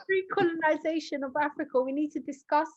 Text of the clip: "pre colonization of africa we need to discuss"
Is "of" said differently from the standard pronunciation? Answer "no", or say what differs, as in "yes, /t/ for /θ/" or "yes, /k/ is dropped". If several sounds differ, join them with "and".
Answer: no